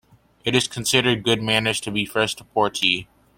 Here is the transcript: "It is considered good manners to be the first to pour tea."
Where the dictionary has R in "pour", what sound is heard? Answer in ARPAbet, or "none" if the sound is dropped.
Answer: R